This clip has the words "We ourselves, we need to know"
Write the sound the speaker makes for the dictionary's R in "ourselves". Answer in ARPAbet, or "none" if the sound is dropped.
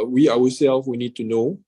W